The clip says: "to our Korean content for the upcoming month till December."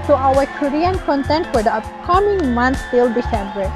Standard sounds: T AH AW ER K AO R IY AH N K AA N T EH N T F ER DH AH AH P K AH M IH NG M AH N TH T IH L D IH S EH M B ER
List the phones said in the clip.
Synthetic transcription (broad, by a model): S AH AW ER K AO R IY AH N K AA N T EH N T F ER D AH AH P K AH M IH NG M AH N S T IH L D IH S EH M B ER